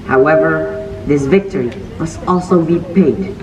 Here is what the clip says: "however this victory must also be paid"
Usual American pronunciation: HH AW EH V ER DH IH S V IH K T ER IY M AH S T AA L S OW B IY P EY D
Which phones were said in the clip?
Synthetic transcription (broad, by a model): HH AW EH V ER DH IH S V IH K T ER IY M AH S T AA L S OW B IY P EY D